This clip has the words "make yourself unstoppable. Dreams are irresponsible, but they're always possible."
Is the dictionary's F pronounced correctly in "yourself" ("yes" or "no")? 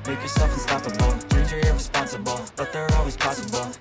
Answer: yes